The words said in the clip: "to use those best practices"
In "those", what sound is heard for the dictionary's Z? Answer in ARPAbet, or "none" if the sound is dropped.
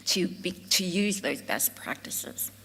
Z